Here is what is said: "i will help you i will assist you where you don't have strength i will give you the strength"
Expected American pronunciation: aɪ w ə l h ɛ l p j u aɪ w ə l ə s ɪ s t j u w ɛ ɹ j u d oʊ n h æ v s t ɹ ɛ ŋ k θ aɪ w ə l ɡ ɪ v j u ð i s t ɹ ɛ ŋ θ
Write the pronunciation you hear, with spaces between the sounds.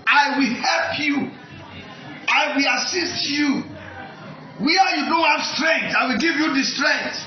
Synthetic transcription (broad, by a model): aɪ w ə l h ɛ l p j u aɪ w ə l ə s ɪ s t j u w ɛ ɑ j u d oʊ n h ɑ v s t ɹ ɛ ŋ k t aɪ w ə l ɡ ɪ v j u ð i s t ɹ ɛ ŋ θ